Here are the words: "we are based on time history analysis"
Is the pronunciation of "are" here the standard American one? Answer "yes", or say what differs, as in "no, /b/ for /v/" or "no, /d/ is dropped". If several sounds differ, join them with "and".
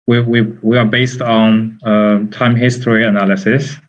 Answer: no, /w/ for /ɹ/